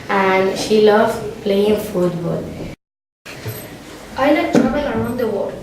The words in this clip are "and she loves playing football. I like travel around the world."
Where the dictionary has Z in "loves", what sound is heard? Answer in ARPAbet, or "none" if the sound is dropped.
none